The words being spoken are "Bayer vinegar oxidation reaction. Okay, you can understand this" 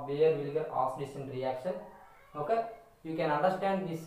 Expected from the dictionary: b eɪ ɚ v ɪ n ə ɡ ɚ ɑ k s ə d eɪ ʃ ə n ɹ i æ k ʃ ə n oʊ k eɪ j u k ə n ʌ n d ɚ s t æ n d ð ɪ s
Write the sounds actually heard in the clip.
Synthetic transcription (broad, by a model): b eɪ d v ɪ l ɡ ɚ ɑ s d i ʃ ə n ɹ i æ k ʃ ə n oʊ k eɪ j u k ə n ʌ n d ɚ s t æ n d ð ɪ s